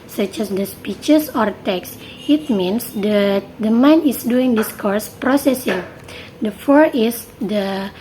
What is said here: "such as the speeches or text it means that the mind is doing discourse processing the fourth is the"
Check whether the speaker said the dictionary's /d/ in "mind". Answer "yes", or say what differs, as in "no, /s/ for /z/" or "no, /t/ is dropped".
no, /d/ is dropped